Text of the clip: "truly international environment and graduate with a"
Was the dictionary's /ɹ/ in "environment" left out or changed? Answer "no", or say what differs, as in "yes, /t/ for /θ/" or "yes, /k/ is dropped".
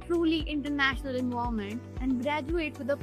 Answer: yes, /ɹ/ is dropped